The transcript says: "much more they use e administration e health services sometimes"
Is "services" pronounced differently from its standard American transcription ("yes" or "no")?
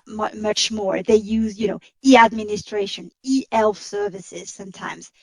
no